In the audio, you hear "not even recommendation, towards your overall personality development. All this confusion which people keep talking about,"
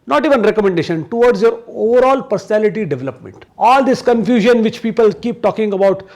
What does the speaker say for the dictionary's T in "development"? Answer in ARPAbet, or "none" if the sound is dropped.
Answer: T